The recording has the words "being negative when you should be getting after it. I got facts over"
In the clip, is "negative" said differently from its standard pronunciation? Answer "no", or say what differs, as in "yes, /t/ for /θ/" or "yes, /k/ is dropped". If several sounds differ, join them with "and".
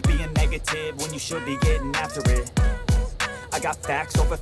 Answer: no